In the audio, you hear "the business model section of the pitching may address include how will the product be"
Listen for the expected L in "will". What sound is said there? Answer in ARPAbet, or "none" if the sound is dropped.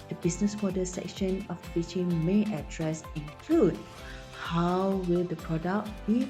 L